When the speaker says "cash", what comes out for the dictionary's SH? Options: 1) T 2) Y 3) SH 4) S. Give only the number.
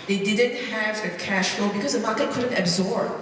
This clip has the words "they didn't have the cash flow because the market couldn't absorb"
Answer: 3